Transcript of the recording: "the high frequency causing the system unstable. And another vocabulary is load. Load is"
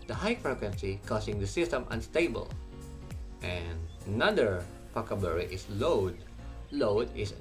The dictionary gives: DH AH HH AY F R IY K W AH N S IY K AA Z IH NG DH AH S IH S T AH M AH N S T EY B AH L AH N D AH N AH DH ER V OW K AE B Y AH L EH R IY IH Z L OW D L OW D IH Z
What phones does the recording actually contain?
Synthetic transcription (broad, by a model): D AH HH AY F R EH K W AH N S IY K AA S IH NG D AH S IH S T AH M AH N S T EY B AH L AH N D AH N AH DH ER P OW K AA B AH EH R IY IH S L OW D L OW D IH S